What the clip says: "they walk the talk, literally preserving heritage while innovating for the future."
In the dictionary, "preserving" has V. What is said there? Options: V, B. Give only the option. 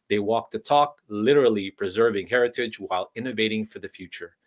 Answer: V